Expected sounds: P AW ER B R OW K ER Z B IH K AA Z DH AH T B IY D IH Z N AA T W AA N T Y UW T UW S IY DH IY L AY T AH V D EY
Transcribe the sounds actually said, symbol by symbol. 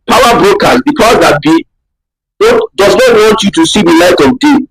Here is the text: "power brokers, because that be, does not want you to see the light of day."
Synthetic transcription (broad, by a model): P AW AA B R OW K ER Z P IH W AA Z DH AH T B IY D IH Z N AA T W AA N T Y UW T UW S IY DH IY L AY T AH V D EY